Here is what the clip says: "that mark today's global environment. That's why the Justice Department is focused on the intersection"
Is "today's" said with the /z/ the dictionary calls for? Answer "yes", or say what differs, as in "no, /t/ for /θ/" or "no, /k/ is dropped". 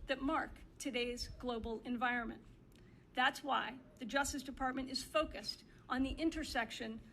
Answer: yes